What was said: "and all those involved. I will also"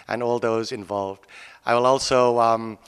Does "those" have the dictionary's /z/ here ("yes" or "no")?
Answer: yes